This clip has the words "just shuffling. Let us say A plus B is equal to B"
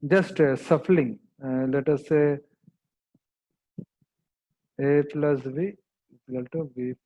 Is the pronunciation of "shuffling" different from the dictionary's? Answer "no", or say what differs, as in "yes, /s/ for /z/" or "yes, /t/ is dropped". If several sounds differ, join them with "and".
yes, /s/ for /ʃ/